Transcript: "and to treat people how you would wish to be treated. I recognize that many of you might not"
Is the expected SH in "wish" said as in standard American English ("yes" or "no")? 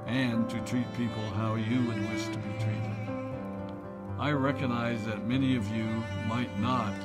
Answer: no